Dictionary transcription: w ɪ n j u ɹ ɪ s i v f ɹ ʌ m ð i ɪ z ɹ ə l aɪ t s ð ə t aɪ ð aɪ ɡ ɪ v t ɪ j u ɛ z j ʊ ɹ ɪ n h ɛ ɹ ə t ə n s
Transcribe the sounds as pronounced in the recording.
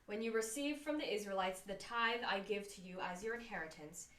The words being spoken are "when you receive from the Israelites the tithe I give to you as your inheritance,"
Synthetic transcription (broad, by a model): w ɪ n j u ɹ ɪ s i v f ɹ ʌ m ð i ɪ z ɹ ə l aɪ t s ð ə t aɪ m aɪ ɡ ɪ v t ɪ j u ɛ z j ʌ ɹ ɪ n h ɛ ɹ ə t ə n s